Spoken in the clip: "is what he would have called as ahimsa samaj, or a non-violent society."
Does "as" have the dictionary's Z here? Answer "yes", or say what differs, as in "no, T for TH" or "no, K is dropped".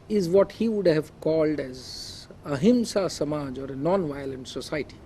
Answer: yes